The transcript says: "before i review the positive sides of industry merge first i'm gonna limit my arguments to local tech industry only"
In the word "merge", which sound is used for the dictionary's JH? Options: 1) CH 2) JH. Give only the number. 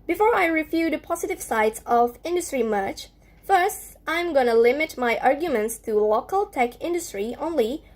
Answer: 1